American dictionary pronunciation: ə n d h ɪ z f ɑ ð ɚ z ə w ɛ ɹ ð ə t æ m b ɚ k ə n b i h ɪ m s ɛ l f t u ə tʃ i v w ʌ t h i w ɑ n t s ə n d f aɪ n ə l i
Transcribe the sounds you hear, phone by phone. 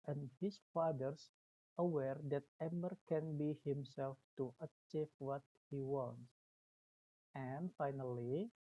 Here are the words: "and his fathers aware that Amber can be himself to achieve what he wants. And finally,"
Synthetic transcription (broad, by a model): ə n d h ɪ s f ɑ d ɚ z ə w ɛ ɹ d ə t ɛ m ɚ k ə n b i h ɪ m s ɛ l f t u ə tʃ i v w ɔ t h i w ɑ n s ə n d f aɪ n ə l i